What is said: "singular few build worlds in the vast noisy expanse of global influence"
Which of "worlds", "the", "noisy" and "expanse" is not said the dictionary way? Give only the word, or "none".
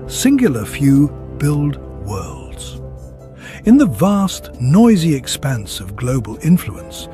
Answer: none